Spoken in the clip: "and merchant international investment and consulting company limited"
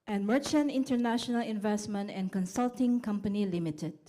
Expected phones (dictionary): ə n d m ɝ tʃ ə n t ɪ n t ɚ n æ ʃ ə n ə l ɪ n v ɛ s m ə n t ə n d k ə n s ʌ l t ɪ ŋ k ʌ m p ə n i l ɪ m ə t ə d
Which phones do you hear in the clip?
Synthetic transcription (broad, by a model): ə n m ɝ tʃ ə n t ɪ n t ɚ n æ ʃ ə n ə l ɪ n v ɛ s m ə n t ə n k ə n s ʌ l t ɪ ŋ k ʌ m p ə n i l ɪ m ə t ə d